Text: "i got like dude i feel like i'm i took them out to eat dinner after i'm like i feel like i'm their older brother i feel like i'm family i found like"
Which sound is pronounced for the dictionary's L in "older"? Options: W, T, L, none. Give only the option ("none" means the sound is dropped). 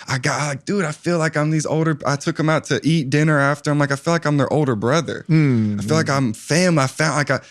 L